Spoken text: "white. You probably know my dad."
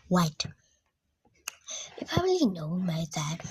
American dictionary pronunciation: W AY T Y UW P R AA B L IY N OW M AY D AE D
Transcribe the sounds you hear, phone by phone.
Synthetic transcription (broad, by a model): W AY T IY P AA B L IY N OW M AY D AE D